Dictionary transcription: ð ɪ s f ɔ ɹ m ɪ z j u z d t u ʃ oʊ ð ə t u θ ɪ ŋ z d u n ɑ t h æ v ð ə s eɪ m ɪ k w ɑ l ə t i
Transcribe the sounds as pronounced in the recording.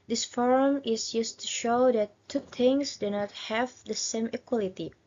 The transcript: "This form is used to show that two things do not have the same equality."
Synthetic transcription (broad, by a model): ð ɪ s f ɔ ɹ m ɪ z j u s t u ʃ oʊ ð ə t u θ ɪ ŋ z d u n ɑ t h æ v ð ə s eɪ m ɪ k w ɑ l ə t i